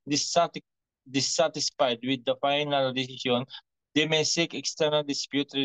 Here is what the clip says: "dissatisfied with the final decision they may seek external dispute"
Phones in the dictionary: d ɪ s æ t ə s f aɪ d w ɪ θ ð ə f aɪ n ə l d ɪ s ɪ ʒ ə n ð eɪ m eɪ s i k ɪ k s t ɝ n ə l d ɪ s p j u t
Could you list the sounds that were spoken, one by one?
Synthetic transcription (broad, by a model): d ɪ s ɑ t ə s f aɪ d w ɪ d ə f aɪ n ə l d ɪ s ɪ ʃ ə n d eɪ m eɪ s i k ɪ k s t ɝ n ə l d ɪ s p j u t